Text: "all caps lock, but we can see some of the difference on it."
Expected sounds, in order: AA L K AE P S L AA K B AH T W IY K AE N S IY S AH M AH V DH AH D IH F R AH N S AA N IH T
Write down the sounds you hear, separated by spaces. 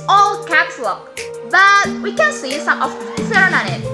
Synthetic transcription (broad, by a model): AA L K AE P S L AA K B AH T W IY K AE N S IY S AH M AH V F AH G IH R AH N AA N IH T